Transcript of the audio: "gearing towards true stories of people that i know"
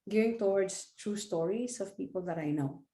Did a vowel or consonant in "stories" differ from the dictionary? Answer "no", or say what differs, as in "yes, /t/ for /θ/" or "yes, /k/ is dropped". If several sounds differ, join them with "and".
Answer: yes, /s/ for /z/